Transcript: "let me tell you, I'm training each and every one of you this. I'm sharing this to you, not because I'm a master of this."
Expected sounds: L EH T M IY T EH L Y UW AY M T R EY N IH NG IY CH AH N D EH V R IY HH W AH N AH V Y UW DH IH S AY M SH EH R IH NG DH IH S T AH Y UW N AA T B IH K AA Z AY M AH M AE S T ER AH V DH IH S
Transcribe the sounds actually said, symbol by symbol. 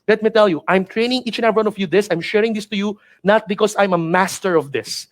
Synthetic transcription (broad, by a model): L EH T M IY T EH L Y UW AY M T R EY N IH NG IY CH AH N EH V IY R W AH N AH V Y UW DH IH S AY M SH EH R IH NG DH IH S T AH Y UW N AA T B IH K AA S AY M AH M AE S T ER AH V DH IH S